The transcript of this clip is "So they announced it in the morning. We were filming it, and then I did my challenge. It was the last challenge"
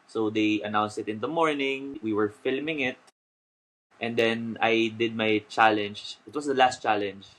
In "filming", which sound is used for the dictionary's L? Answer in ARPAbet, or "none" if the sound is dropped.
L